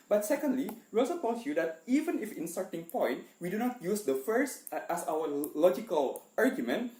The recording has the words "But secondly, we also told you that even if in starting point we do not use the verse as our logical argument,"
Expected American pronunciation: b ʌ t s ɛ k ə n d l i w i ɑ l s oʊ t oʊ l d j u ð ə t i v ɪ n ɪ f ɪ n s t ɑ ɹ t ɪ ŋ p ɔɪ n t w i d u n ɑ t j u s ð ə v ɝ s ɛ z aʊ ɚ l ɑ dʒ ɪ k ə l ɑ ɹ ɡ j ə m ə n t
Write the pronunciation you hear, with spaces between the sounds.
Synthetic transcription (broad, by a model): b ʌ t s ɛ k ə n d l i w i ɑ l s oʊ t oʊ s j u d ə t i v ɪ n ɪ f ɪ n s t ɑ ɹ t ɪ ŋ p ɔɪ n t w i d u n ɑ t j u s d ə f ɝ s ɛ s aʊ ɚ l ɑ dʒ ɪ k ə l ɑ ɹ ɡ j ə m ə n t